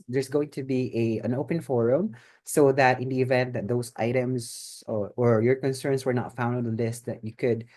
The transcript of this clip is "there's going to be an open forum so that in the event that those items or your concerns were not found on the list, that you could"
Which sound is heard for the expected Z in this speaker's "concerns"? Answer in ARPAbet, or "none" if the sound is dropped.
S